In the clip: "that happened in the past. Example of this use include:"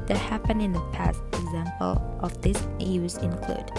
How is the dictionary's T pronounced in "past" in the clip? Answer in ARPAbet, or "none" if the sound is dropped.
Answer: T